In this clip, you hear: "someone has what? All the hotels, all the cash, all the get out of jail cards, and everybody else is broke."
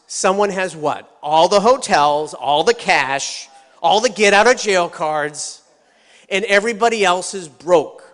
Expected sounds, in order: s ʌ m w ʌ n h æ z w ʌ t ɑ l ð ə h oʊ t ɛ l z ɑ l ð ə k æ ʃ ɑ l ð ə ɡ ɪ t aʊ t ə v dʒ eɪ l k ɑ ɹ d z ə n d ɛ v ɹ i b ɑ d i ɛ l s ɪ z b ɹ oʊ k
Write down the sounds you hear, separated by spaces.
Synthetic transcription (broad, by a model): s ʌ m w ʌ n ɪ z w ʌ t ɑ l ð ə h oʊ t ɛ l z ɑ l ð ə k æ ʃ ɑ l ð ə ɡ ɪ t aʊ t ə v dʒ eɪ l k ɑ ɹ d z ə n ɛ v ɹ i b ɑ d i ɛ l s ɪ z b ɹ oʊ k